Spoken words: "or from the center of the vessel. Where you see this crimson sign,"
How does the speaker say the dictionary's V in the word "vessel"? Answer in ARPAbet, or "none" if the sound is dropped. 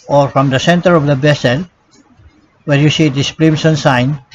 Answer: B